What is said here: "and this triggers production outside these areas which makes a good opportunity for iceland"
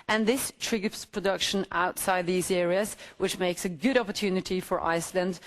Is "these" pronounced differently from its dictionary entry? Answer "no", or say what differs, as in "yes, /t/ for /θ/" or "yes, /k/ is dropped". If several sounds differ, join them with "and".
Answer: no